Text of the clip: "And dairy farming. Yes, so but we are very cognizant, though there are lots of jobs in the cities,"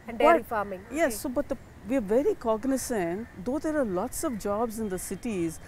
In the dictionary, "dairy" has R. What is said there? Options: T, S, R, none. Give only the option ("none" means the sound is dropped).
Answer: none